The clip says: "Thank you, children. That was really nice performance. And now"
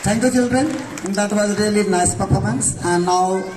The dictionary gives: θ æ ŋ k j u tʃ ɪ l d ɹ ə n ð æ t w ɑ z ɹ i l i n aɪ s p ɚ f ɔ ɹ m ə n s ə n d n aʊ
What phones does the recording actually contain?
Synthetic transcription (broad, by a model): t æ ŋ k j u tʃ ɪ l d ɹ ə n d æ t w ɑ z ɹ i l i n aɪ s p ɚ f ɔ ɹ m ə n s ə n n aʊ